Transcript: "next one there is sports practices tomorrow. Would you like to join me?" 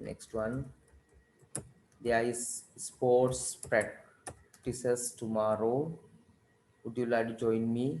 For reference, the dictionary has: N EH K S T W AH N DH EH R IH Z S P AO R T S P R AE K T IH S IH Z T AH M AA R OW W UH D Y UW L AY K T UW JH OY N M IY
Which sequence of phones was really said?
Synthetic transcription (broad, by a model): N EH K S T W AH N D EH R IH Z S P AO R T S P R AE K T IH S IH S T AH M AA R OW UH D Y UW L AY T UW JH OY N M IY